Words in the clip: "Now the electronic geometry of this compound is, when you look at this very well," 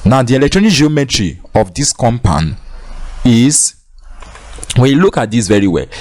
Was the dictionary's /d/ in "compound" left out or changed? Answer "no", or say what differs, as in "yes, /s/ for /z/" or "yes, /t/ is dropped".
yes, /d/ is dropped